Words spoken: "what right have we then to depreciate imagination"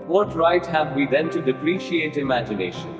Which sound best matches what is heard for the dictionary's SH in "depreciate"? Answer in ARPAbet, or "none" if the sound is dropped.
SH